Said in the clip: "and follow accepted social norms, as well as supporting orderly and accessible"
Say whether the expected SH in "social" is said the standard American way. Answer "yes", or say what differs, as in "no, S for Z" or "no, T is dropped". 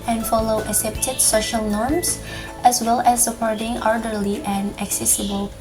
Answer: yes